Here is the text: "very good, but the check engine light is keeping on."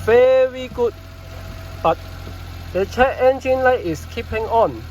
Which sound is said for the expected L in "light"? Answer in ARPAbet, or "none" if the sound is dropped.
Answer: L